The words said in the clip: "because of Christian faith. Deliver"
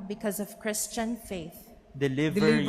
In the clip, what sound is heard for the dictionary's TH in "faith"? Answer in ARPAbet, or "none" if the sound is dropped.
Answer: TH